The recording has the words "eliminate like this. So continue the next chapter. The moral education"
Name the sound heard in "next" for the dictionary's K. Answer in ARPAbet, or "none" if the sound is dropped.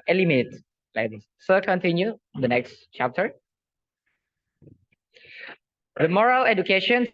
K